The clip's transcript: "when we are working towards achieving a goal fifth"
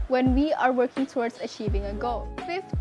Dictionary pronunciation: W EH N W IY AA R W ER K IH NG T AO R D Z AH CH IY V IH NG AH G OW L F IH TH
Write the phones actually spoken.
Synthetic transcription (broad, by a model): W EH N W IY AA R W ER K IH NG T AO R D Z AH CH IY V IH NG AH G OW L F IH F